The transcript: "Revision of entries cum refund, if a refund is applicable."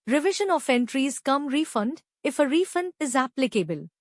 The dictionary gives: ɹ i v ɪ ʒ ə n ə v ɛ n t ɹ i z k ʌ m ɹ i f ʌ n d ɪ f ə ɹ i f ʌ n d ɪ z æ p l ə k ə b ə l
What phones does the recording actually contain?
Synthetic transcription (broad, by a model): ɹ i v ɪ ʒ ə n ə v ɛ n t ɹ i z k ʌ m ɹ i f ʌ n d ɪ f ə ɹ i f ʌ n d ɪ z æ p l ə k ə b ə l